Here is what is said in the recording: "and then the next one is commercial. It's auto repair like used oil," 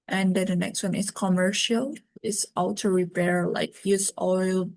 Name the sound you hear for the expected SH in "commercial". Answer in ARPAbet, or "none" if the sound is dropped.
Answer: SH